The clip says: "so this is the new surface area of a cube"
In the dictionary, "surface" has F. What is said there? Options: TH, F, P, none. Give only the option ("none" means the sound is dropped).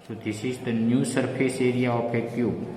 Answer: P